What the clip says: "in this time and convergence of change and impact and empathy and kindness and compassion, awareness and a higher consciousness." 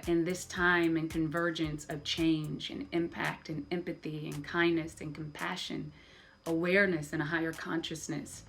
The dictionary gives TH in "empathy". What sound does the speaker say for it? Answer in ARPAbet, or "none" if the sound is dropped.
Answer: TH